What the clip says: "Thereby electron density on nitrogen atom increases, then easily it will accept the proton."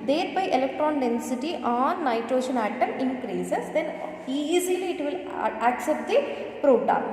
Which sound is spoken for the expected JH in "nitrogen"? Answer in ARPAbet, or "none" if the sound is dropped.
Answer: SH